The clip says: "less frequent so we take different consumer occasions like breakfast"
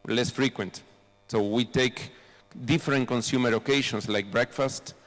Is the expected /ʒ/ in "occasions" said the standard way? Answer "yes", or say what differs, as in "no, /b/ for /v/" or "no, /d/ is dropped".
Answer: no, /ʃ/ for /ʒ/